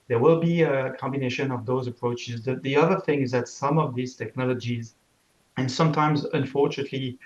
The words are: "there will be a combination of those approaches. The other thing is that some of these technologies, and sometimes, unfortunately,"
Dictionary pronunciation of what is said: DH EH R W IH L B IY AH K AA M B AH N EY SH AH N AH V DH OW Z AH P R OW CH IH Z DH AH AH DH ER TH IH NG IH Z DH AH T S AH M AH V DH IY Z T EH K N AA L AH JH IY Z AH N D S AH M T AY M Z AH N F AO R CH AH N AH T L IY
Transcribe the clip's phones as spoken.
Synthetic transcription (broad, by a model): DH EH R W IH L B IY AH K AA M B AH N EY SH AH N AH V DH OW Z AH P R OW CH IH Z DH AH AH DH ER TH IH NG IH Z DH AH T S AH M AH V DH IY Z T EH K N AA L AH JH IY Z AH N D S AH M T AY M Z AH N F AO R CH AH N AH T L IY